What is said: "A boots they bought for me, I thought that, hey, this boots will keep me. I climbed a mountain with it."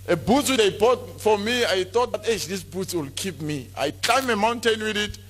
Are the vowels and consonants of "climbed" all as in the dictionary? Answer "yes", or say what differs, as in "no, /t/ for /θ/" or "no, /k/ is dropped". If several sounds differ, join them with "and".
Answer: no, /d/ is dropped